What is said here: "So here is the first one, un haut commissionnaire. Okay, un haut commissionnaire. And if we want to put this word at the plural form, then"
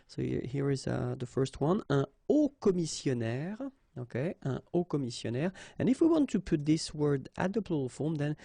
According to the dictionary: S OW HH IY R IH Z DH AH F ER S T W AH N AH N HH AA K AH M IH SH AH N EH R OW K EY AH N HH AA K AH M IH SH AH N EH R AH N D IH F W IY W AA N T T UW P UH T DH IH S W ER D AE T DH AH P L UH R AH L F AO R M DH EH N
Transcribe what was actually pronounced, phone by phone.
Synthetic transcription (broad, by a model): S OW HH IY R IH Z DH AH F ER S T W AH N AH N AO K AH M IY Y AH N EH R OW K EY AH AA K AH M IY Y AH N EH R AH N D IH F W IY W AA N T T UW P UH T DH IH S W ER D AE T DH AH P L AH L F AO R M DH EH N